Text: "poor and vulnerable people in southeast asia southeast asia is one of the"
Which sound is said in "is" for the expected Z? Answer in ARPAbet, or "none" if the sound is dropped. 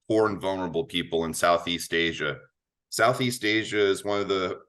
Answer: Z